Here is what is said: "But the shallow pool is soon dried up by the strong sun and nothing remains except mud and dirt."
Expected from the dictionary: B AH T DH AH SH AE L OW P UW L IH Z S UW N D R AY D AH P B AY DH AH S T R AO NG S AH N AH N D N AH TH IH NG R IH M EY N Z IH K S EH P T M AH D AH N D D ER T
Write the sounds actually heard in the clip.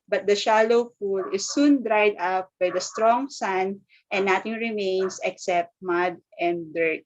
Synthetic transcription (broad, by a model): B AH T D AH SH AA L OW F UW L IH S UW N D R AY D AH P B AY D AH S T R AO NG S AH N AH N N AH T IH NG R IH M EY N S IH K S EH P T M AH D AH N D D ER T